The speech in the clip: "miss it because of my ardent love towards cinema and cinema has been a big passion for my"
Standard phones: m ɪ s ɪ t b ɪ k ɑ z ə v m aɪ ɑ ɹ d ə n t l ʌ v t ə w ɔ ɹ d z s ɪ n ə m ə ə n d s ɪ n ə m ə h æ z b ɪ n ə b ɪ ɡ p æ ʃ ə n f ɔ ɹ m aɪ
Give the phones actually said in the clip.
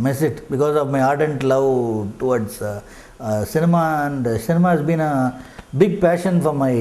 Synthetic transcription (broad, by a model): m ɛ s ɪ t b ɪ k ɑ z ə v m aɪ ɑ ɹ d ə n t l ʌ v t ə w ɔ ɹ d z s ɪ n ə m ə ə n d s ɪ n ə m ə h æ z b ɪ n ə b ɪ ɡ p æ ʃ ə n f ɔ ɹ m aɪ